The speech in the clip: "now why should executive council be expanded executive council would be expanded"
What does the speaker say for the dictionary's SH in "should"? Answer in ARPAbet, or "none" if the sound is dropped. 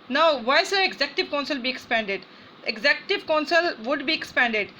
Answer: S